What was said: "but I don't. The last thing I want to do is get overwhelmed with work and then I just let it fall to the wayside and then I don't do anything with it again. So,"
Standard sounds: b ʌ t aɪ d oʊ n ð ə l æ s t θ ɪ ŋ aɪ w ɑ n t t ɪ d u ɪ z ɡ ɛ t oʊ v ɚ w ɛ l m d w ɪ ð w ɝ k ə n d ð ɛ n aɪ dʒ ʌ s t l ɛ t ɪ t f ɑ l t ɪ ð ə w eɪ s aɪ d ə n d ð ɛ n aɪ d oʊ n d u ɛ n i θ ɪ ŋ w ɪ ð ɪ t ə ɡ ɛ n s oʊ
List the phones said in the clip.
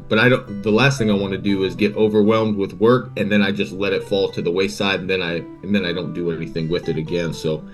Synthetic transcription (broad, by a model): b ʌ t aɪ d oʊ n ð ə l æ s t θ ɪ ŋ aɪ w ɑ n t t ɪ d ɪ ɪ z ɡ ɛ t oʊ v ɚ w ɛ l m d w ɪ ð w ɝ k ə n ð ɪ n aɪ dʒ ʌ s t l ɛ t ɪ t f ɑ l t ɪ ð ə w eɪ s aɪ d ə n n ð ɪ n aɪ d oʊ n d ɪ ɛ n i θ ɪ ŋ w ɪ ð ɪ t ə ɡ ɛ n s oʊ